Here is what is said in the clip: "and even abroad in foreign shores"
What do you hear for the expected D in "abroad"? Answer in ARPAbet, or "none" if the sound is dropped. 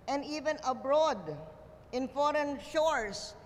D